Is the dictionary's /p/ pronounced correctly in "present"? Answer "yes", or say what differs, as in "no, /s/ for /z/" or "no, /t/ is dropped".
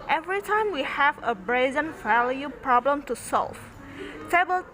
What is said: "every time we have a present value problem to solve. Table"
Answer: no, /b/ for /p/